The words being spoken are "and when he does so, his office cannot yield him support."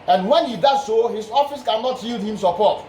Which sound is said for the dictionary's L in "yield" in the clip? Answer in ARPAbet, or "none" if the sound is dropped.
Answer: L